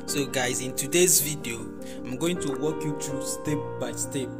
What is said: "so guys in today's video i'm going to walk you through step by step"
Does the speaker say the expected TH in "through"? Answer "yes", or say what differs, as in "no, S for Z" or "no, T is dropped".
no, T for TH